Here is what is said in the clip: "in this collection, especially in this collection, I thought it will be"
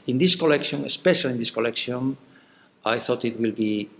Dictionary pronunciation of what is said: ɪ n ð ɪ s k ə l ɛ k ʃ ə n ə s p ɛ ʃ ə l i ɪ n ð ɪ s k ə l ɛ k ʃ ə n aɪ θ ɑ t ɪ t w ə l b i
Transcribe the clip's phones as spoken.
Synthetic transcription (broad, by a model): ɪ n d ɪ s k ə l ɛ k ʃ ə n ə s p ɛ ʃ ə l i n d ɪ s k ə l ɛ k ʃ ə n aɪ θ ɑ t ɪ t w ə l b i